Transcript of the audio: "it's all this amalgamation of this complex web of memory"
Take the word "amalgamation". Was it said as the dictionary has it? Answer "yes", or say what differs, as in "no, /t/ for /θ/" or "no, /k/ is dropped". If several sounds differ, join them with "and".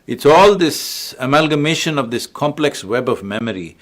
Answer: yes